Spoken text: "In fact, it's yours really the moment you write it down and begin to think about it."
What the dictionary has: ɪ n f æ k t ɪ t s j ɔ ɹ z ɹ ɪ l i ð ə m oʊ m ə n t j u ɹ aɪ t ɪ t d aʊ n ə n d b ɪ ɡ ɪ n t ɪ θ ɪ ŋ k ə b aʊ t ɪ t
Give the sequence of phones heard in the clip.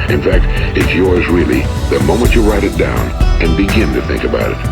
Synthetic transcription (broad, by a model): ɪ n f æ k t ɪ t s j ɔ ɹ z ɹ ɪ l i ð ə m oʊ m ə n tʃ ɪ ɹ aɪ t ɪ t d aʊ n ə n b ɪ ɡ ɪ n t ɪ θ ɪ ŋ k ə b aʊ t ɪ t